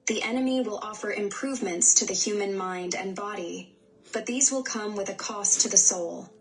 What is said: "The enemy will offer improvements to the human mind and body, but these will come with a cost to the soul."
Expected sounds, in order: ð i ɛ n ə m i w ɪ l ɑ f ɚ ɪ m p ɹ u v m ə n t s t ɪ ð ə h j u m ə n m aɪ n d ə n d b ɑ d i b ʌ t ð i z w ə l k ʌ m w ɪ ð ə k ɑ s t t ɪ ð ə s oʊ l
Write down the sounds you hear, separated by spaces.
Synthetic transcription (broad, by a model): ð i ɛ n ə m i w ɪ l ɑ f ɚ ɪ m p ɹ u v m ə n t s t ɪ ð ə h j u m ə n m aɪ n d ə n b ɑ d i b ʌ t ð i z w ə l k ʌ m w ɪ ð ə k ɑ s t t ɪ ð ə s oʊ l